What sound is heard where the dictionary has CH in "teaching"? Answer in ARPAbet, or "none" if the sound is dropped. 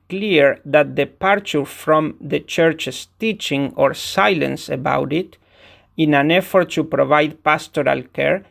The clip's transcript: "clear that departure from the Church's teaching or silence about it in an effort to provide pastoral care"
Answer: CH